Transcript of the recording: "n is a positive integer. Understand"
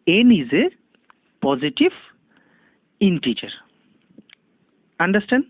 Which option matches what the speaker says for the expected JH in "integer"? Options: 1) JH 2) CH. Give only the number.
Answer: 2